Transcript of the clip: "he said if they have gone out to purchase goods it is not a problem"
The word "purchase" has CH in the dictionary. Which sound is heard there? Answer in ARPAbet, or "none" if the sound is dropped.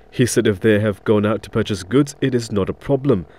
CH